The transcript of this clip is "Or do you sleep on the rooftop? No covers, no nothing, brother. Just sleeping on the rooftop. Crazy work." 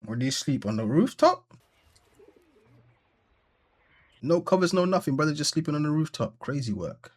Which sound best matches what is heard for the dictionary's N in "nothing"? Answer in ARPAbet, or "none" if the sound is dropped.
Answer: N